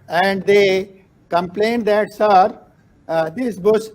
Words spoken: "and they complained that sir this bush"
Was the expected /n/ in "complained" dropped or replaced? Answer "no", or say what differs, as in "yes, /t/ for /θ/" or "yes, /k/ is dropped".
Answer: no